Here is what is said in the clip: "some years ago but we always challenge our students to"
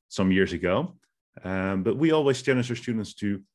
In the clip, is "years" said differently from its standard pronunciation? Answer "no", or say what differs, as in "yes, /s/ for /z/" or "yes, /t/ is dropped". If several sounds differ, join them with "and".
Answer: no